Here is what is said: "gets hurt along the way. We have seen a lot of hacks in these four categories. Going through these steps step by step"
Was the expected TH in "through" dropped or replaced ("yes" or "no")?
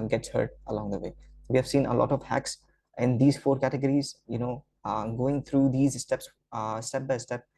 yes